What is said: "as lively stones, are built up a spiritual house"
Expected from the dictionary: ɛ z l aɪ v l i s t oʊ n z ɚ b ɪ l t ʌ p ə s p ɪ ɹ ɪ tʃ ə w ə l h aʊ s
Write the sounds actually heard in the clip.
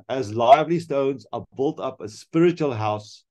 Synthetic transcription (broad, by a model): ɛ z l aɪ v l i s t oʊ n z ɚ b ɪ l t ʌ p ə s p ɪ ɹ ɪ tʃ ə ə l h aʊ s